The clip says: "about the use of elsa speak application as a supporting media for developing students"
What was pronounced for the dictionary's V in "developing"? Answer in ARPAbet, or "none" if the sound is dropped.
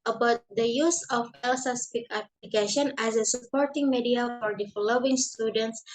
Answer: F